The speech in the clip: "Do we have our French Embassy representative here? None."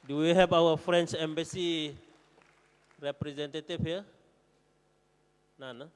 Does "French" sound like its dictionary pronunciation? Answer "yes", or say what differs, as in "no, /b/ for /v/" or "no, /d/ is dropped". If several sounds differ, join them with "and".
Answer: no, /s/ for /tʃ/